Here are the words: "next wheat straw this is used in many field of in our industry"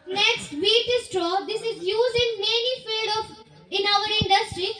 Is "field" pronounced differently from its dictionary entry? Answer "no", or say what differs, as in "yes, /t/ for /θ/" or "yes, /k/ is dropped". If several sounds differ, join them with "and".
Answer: yes, /l/ is dropped